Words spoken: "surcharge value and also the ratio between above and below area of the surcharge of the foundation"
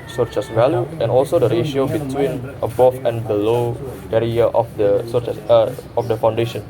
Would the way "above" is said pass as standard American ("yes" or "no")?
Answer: no